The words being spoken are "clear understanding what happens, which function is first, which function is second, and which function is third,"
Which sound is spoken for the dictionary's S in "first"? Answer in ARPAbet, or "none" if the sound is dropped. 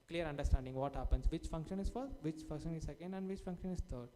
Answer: none